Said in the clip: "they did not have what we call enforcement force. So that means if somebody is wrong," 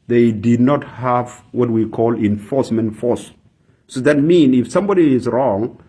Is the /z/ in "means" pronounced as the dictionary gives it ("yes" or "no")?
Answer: no